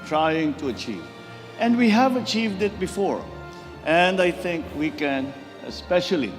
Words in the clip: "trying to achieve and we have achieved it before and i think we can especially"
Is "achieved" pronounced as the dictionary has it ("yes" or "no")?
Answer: yes